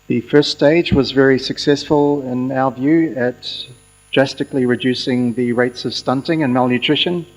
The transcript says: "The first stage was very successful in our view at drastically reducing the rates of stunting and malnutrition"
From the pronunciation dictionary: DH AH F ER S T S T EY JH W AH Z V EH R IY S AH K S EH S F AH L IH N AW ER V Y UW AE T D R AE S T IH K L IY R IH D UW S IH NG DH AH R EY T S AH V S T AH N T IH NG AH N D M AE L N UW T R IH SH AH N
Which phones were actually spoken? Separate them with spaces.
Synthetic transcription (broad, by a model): DH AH F ER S S T EY JH W AH Z V EH R IY S AH K S EH S F AH L IH N AW ER V Y UW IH T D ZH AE S T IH K L IY R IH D UW S IH NG DH AH R EY T S AH V S T AH N T IH NG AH N M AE L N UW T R IH SH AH N